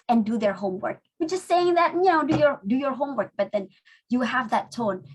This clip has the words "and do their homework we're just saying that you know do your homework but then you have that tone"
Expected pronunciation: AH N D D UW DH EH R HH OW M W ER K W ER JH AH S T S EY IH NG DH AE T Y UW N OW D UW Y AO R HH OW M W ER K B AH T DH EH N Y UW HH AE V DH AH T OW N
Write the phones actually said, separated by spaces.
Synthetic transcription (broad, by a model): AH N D D UW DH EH R HH OW M W ER K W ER JH AH S T S EY IH NG DH AE T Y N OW D UW Y AO R HH OW M W ER K B AH T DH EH N Y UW HH AE V DH AH T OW N